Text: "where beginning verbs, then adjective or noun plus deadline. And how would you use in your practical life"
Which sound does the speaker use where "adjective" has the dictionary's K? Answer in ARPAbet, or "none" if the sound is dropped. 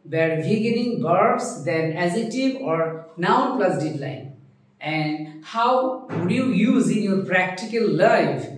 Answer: none